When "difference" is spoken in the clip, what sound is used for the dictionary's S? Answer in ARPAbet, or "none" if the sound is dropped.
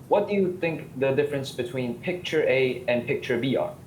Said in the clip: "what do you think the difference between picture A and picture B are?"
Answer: S